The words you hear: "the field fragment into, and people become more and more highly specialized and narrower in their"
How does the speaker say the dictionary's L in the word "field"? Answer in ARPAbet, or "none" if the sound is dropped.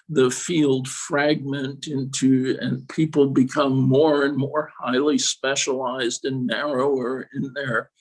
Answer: L